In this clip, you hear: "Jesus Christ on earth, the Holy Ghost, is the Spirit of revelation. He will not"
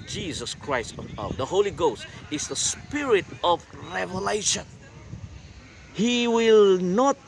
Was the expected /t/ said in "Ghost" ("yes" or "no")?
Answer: yes